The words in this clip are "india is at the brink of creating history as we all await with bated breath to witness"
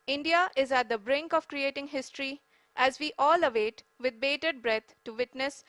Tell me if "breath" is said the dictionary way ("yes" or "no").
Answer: no